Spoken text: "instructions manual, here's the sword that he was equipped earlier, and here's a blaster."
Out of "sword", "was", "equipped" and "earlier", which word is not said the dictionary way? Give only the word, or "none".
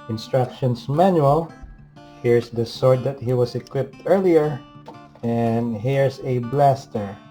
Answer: was